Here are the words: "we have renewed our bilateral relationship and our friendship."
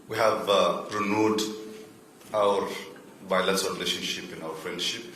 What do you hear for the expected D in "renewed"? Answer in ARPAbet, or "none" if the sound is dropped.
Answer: D